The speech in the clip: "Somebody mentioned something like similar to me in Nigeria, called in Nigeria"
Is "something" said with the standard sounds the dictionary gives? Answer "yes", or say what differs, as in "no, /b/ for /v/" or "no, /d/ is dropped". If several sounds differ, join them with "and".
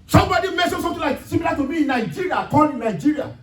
no, /t/ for /θ/